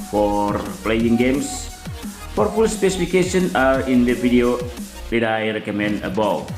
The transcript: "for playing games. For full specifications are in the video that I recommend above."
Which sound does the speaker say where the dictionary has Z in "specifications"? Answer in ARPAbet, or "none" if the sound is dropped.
none